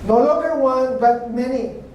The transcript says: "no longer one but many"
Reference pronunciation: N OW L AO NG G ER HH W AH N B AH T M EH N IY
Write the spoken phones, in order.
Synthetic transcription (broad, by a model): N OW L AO G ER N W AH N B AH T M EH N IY